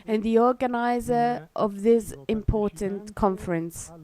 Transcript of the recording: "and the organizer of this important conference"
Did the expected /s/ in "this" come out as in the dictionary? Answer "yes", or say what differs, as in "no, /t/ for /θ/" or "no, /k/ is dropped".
yes